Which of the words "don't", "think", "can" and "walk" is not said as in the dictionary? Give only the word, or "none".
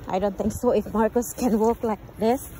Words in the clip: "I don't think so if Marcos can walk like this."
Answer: think